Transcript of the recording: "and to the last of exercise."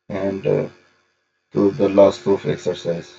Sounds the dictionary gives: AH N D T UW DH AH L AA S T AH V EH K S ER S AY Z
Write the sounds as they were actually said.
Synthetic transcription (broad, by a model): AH N D T UW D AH L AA S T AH F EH K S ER S AY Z